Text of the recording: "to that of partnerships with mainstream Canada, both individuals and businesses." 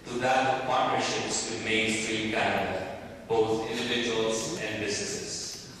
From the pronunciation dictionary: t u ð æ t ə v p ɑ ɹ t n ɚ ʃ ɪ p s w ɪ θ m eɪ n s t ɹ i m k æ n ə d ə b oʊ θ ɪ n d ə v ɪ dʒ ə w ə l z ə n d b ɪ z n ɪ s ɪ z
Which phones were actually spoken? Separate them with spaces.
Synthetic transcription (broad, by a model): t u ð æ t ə p ɑ ɹ t n ɚ ʃ ɪ p s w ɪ m eɪ n s t ɹ i m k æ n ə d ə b oʊ t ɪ n d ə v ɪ dʒ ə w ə l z ə n d b ɪ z n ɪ s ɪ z